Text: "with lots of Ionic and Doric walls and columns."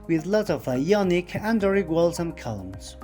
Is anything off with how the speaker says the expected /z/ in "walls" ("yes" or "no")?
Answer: yes